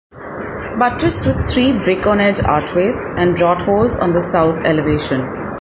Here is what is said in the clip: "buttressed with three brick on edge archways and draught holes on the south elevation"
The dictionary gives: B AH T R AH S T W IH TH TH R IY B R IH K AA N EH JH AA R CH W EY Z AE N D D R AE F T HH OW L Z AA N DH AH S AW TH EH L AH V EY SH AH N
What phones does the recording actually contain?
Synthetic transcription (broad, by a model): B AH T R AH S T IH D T R IY B R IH K AA N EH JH AA R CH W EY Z AE N D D R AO T HH OW L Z AA N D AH S AW T EH L AH V EY SH AH N